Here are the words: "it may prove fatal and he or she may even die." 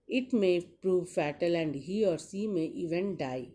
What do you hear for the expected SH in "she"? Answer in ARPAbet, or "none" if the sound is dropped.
S